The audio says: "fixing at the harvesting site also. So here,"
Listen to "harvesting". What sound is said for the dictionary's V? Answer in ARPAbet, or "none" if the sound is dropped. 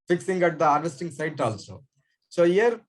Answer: none